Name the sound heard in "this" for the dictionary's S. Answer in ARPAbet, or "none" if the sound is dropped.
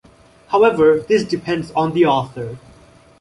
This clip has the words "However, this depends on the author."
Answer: S